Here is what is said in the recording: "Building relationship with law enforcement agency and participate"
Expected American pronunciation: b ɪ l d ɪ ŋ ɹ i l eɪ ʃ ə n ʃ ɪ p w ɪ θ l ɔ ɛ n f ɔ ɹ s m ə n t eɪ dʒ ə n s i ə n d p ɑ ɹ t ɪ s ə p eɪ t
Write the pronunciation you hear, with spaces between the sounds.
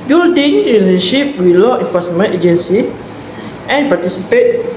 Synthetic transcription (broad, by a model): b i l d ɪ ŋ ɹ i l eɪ ə ʃ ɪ p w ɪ l ɔ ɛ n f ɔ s m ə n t eɪ dʒ ə n s i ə n p ɑ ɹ t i s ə p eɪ t